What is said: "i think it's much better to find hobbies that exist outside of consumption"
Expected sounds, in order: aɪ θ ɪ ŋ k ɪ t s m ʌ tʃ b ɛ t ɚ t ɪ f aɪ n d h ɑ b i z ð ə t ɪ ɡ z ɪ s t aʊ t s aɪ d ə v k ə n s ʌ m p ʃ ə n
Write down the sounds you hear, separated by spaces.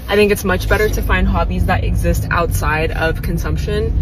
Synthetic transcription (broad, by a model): aɪ θ ɪ ŋ k ɪ t s m ʌ tʃ b ɛ t ɚ t ɪ f aɪ n d h ɑ b i z ð ə t ɪ ɡ z ɪ s t aʊ t s aɪ d ə v k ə n s ʌ m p ʃ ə n